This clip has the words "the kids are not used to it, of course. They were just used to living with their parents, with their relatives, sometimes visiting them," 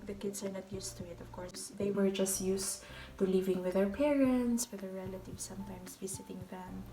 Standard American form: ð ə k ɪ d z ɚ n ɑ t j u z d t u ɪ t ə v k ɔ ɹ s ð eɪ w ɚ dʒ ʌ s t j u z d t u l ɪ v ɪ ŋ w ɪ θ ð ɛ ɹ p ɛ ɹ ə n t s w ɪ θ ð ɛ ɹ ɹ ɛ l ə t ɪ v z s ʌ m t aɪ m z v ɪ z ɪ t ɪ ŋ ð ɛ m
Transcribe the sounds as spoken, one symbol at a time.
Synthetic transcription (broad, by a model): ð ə k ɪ d s ɚ n ɑ t j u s t u ɪ t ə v k ɔ ɹ s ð eɪ w ɚ dʒ ʌ s t j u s t u l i v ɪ ŋ w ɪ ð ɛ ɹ p ɛ ɹ ə n t s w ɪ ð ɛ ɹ ɹ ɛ l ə t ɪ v s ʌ m t aɪ m s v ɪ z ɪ t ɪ ŋ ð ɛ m